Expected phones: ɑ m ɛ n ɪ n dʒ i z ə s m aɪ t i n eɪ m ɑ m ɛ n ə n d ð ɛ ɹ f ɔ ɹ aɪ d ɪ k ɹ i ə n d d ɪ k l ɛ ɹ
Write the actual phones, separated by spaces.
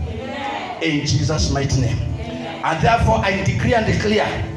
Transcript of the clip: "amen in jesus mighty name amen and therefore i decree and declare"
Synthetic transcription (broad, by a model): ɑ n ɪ n dʒ i z ə s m aɪ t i n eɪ ɑ m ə n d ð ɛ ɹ f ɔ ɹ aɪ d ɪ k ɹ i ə n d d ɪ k l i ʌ